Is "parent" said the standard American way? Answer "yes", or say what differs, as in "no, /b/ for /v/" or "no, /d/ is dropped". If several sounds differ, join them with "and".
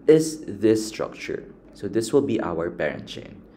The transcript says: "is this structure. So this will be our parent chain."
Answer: no, /b/ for /p/